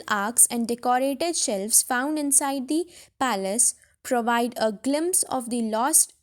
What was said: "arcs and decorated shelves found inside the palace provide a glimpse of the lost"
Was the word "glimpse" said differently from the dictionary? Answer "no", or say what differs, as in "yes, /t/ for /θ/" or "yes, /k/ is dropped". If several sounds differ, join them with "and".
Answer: no